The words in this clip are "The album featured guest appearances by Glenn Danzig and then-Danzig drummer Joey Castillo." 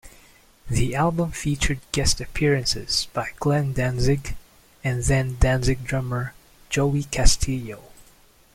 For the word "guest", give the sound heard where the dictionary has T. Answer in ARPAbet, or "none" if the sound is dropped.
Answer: T